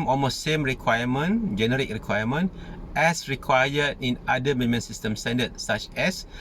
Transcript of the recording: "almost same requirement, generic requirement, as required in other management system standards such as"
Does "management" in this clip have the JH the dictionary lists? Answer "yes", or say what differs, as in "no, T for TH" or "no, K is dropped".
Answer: no, JH is dropped